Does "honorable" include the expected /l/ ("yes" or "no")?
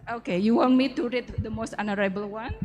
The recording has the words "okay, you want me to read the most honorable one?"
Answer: yes